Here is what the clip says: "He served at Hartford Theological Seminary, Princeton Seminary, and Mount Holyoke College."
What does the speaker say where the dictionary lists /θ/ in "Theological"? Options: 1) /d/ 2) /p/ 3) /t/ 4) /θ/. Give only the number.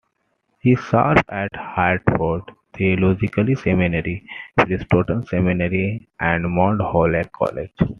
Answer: 3